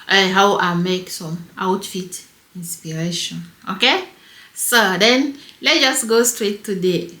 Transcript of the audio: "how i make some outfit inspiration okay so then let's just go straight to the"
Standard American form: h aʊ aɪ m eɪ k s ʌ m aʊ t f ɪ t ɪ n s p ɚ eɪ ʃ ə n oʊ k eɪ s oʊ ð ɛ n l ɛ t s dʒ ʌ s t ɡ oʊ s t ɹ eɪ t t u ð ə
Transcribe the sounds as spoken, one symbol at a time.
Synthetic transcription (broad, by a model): h aʊ aɪ m eɪ k s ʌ m aʊ t f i t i n s p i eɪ ʃ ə n oʊ k eɪ s oʊ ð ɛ n l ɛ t dʒ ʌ s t ɡ oʊ s t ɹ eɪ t t u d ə